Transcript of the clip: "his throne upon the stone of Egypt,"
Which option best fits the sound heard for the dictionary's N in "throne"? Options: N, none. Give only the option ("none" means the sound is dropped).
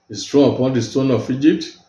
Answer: none